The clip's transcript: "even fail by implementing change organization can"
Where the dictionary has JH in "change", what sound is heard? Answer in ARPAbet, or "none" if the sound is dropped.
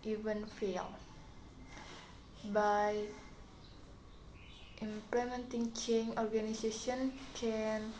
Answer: none